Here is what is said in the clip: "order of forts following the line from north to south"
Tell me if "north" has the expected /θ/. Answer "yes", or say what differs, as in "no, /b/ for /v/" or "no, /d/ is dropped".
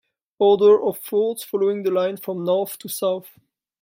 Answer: yes